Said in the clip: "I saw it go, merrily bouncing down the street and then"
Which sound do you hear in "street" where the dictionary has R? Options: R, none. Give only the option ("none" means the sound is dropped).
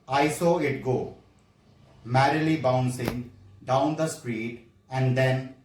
R